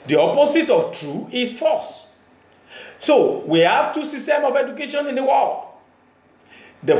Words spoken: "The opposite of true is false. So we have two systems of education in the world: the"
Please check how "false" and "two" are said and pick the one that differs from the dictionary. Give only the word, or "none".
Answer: false